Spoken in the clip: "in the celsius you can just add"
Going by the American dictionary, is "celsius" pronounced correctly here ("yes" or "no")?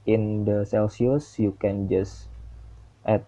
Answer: yes